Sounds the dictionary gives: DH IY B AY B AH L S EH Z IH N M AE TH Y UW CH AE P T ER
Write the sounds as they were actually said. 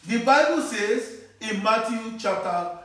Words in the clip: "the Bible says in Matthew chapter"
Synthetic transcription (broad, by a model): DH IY B AY B AH L S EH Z IH N M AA T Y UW CH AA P T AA